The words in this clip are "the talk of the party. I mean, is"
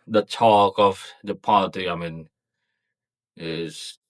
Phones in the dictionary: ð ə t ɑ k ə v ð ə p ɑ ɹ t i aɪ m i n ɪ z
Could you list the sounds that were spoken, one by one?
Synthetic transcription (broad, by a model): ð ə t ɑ k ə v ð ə p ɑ l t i aɪ m i n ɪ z